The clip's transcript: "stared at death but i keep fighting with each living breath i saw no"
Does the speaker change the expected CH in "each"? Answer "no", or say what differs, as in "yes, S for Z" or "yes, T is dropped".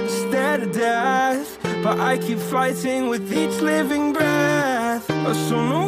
no